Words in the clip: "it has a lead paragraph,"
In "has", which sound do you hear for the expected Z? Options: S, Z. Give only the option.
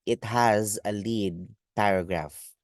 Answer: Z